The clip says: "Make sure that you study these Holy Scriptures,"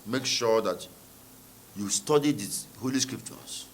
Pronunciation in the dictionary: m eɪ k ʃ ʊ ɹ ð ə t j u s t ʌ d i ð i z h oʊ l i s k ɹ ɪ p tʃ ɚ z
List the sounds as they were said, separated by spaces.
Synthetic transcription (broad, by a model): m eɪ k ʃ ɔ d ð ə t j u s t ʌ d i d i h oʊ l i s k ɹ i p tʃ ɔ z